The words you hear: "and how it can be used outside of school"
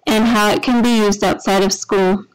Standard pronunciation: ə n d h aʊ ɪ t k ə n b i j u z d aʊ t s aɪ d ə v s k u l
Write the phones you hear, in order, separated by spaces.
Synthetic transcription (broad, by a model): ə n h aʊ ɪ t k ə n b i j u z d aʊ t s aɪ d ə v s k u l